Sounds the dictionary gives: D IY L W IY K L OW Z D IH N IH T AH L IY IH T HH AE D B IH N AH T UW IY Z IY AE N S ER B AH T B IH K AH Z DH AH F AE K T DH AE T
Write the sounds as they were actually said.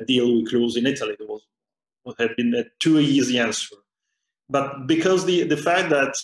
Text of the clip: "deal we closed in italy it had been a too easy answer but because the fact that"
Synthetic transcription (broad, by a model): D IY L W IY K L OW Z IH N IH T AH L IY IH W HH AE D B IH N AH T UW IY Z IY AE N S ER B AH T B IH K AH Z DH AH F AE K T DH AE T